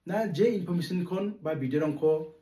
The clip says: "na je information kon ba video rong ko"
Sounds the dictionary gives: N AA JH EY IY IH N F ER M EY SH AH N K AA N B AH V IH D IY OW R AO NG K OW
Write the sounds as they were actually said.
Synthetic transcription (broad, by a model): N AA JH EY IY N P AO M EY S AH N K AA N B AH B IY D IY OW R AO NG K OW